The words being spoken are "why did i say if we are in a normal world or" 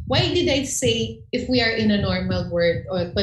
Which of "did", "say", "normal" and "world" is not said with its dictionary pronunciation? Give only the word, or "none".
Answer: world